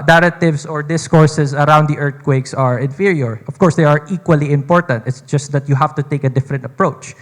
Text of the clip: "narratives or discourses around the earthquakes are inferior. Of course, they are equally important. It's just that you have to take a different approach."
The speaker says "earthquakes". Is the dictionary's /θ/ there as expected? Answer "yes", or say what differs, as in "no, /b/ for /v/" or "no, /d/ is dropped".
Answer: no, /t/ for /θ/